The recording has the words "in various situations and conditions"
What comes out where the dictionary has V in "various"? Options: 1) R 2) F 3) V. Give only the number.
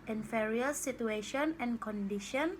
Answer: 2